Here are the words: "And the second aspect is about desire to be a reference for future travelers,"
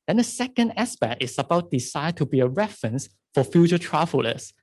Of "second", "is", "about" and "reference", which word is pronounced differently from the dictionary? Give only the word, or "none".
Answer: is